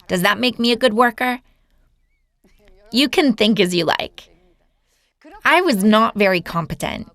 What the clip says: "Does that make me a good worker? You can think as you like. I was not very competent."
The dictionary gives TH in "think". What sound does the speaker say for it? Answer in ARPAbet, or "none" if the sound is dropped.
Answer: TH